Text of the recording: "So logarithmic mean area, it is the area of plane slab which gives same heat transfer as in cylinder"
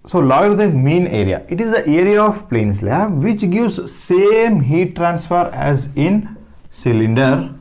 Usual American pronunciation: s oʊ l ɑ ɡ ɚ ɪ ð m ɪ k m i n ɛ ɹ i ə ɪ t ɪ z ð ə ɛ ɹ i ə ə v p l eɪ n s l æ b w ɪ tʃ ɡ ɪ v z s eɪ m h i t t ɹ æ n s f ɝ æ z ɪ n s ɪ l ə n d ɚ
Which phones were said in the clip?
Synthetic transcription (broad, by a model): s oʊ l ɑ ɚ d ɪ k m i n ɛ ɹ i ə ɪ t ɪ z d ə ɛ ɹ i ə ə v p l eɪ n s l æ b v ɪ tʃ ɡ ɪ v z s eɪ m h i t t ɹ æ n s f ɝ æ z ɪ n s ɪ l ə n d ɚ